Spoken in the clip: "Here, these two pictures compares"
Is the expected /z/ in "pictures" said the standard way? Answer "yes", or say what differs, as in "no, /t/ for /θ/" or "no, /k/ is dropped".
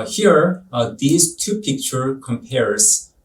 no, /z/ is dropped